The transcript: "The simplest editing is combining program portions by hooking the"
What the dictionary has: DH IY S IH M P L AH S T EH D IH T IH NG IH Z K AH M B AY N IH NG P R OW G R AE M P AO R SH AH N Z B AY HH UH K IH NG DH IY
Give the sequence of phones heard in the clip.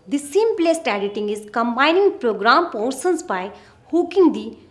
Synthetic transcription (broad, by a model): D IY S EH M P L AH S T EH D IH T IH NG IH Z K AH M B AY N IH NG P R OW G R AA M P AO R S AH N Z B AY HH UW K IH NG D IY